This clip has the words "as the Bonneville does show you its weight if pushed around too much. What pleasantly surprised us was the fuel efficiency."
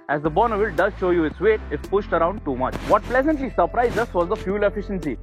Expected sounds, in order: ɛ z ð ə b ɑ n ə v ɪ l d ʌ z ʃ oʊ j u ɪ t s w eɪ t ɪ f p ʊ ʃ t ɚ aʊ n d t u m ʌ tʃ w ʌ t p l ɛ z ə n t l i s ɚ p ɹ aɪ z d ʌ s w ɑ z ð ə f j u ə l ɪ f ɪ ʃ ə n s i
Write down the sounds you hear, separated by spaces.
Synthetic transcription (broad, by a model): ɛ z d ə b ɑ n ə v ɪ l d ʌ z ʃ oʊ j u ɪ t s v eɪ t ɪ f p ʊ ʃ t ɚ aʊ n d t u m ʌ tʃ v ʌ t p l ɛ z ə n t l i s ɚ p ɹ aɪ z d ʌ s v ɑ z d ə f j u l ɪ f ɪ ʃ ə n s i